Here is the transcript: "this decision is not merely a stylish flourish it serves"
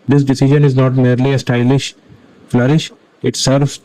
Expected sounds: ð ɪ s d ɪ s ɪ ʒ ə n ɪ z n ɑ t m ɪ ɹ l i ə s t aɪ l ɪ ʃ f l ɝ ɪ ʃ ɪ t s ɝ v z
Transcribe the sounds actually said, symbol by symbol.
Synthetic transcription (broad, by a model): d ɪ s d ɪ s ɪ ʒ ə n ɪ z n ɑ t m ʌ ɹ l i ə s t aɪ l ɪ ʃ f l ɝ ɪ ʃ ɪ t s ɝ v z